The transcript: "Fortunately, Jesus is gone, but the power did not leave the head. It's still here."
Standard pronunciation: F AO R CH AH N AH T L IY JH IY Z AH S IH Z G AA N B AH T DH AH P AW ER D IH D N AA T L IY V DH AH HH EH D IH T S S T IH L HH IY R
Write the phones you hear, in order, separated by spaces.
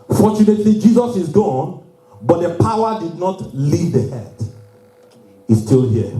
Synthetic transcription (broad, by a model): F AO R CH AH N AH T L IY JH IY Z AH S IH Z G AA N B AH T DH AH P AW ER D IH D N AA T L IY V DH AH HH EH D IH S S T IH L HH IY